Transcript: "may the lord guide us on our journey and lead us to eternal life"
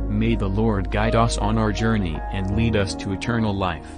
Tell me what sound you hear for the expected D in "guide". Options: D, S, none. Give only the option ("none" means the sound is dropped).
D